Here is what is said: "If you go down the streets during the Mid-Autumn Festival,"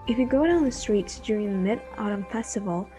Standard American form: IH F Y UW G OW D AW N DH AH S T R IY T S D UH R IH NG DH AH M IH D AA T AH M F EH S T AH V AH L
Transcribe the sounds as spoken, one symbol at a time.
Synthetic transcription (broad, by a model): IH F Y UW G OW D AW N DH AH S T R IY T S D UH R IH NG DH AH M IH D AA T AH M F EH S T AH V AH L